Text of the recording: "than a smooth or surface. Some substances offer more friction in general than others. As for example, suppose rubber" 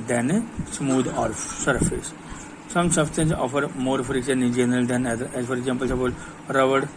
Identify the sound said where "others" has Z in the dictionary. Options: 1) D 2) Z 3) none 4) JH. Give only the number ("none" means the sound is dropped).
3